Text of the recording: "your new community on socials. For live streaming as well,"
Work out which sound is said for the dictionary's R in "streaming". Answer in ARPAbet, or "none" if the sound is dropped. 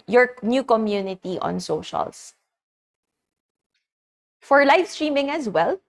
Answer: R